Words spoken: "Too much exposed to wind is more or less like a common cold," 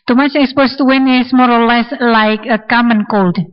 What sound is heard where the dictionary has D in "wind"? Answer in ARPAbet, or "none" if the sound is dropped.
none